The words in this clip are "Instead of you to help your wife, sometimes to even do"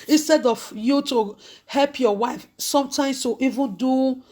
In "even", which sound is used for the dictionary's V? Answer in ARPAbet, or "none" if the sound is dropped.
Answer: V